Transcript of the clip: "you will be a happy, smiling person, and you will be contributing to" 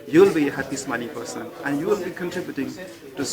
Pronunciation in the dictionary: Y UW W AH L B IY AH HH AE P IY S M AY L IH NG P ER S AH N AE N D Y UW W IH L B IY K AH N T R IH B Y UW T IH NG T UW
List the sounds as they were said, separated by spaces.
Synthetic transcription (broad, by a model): Y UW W L B IY AH HH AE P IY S M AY N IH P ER S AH N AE N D Y UW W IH L B IY K AH N T R IH B Y UW T IH NG T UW